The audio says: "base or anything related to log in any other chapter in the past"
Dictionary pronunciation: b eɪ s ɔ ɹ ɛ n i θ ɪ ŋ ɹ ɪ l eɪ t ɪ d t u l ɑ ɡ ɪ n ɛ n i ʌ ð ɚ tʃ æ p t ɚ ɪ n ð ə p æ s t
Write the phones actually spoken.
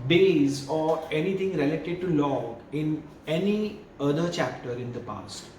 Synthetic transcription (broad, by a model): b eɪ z ɔ ɹ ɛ n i t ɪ ŋ ɹ ɪ l eɪ t ɪ d t u l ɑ ɪ n ɛ n i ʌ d ɚ tʃ æ p t ɚ ɪ n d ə p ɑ s t